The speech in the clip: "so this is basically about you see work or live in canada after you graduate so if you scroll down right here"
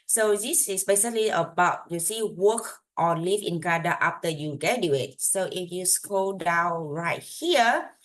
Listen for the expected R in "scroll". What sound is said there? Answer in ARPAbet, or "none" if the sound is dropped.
none